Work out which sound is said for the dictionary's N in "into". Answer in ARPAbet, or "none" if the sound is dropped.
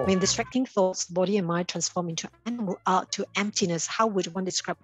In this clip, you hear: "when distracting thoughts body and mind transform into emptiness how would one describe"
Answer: L